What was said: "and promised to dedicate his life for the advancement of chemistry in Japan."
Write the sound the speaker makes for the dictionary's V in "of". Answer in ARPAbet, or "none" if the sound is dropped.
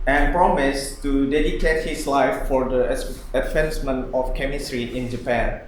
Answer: F